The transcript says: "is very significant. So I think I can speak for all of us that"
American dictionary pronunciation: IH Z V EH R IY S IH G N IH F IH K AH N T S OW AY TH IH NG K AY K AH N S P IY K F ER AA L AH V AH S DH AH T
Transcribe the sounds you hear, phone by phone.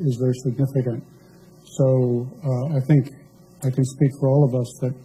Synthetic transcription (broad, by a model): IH Z V EH R IY S IH G N IH F IH K AH N T S OW AY TH IH NG K AY K AH N S P IY K F ER AA L AH V AH S DH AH T